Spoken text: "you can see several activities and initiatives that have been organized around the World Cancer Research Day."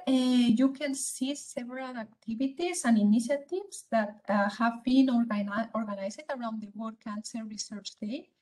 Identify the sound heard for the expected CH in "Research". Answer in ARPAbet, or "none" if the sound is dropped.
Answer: CH